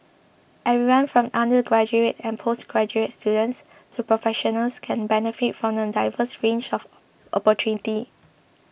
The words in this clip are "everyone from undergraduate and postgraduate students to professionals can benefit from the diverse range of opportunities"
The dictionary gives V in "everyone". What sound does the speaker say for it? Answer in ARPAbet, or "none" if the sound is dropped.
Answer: none